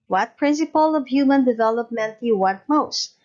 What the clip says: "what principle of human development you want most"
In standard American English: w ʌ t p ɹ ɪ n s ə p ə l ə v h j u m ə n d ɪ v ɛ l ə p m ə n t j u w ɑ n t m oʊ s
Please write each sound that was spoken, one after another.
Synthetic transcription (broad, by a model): w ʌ t p ɹ ɪ n s ə p ə l ə v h j u m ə n d ɪ v ɛ l ə p m ə n t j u w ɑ t m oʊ s